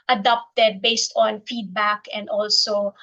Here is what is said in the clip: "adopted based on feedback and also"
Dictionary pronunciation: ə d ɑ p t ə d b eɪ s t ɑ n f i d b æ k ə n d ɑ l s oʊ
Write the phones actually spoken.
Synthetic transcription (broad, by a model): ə d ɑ p t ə d b eɪ s t ɑ n f i d b æ k ə n d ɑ l s oʊ